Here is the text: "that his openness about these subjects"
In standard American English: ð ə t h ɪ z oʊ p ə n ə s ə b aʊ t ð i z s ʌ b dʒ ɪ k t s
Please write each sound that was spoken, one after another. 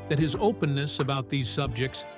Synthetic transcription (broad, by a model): ð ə t h ɪ z oʊ p ə n ə s ə b aʊ t ð i z s ʌ b dʒ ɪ k t s